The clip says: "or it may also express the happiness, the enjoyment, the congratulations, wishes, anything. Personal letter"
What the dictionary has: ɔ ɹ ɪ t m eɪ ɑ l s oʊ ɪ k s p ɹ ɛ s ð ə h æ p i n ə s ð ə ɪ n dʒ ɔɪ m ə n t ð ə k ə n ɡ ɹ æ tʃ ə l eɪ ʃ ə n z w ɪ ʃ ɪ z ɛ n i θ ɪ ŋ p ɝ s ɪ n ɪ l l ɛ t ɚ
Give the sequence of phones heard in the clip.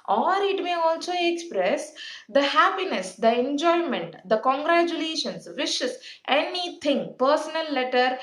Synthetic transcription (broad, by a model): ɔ ɹ ɪ t m eɪ ɑ l s oʊ ɪ k s p ɹ ɛ s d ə h æ p i n ə s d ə ɪ n dʒ ɔɪ m ə n t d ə k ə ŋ ɡ ɹ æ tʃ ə l eɪ ʃ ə n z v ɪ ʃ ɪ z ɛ n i t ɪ ŋ p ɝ s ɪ n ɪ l l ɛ t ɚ